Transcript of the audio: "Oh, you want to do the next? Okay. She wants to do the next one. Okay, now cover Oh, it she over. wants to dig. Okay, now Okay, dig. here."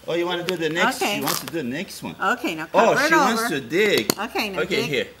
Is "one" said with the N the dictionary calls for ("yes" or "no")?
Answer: yes